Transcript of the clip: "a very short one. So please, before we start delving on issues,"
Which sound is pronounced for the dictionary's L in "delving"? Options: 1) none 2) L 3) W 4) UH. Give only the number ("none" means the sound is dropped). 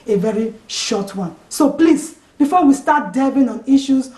1